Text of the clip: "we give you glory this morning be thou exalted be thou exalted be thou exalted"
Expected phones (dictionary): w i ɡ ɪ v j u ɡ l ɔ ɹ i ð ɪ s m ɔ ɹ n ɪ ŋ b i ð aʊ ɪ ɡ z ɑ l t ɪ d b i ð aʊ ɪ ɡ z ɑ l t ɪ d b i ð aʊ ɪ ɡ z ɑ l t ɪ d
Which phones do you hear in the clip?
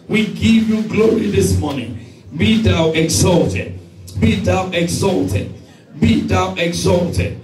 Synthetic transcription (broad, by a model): w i ɡ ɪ v j u ɡ l ɔ ɹ i ð ɪ s m ɔ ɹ n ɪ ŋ b i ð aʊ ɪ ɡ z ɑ l t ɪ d b i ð aʊ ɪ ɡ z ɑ l t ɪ d b i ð aʊ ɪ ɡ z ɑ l t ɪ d